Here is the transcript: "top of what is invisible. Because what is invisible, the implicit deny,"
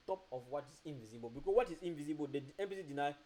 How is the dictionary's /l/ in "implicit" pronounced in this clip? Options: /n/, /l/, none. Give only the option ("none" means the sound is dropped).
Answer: none